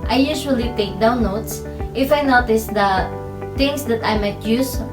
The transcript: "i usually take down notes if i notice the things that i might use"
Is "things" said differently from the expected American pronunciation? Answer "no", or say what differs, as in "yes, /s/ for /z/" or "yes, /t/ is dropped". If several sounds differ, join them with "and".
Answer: yes, /t/ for /θ/